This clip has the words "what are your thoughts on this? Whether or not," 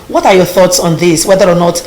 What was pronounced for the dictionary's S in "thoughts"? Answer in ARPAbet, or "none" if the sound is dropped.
S